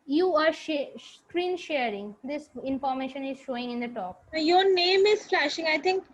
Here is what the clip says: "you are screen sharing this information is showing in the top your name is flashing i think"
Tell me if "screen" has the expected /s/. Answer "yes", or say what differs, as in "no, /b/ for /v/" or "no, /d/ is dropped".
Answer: no, /ʃ/ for /s/